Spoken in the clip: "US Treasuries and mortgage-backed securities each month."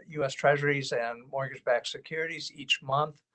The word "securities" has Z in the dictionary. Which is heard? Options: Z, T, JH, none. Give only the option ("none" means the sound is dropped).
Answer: Z